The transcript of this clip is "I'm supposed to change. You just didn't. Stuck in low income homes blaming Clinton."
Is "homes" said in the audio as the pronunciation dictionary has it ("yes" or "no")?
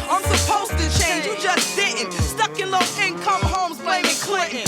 yes